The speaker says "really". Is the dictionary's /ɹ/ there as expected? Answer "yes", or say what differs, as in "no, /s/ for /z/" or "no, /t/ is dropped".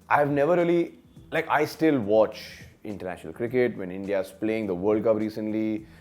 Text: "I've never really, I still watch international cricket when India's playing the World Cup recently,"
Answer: no, /l/ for /ɹ/